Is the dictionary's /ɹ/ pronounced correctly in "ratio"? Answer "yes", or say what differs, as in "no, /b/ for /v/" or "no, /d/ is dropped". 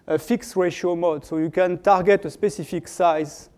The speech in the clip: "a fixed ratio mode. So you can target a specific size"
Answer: yes